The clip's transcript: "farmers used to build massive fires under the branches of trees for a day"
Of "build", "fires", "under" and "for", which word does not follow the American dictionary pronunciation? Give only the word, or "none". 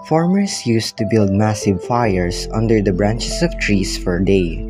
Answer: fires